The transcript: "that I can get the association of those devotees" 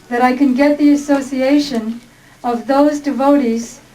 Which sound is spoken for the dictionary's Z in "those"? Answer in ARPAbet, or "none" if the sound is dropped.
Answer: Z